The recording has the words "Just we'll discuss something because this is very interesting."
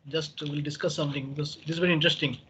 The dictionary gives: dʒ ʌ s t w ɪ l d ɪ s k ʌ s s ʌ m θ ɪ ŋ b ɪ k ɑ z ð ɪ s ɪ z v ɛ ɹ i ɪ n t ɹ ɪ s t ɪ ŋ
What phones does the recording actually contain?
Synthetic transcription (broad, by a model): dʒ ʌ s t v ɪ l d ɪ s k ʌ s s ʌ m t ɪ ŋ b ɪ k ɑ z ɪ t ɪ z v ɛ ɹ i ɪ n t ɹ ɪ s t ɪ ŋ